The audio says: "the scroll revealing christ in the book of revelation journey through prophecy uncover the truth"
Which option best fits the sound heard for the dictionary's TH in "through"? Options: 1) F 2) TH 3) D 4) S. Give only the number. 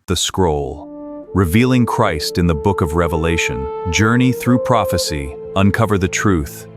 2